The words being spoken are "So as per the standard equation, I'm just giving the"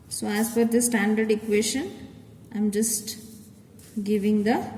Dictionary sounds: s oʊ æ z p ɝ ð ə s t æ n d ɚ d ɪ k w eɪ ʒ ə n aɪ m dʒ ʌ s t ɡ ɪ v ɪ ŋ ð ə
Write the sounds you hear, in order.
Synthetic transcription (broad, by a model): s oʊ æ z f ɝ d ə s t æ n d ɚ d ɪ k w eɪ ʃ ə n aɪ m dʒ ʌ s t ɡ ɪ v ɪ ŋ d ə